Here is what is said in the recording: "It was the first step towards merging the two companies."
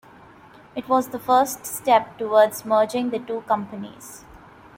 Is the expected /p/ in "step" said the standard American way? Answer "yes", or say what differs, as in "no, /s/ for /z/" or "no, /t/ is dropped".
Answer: yes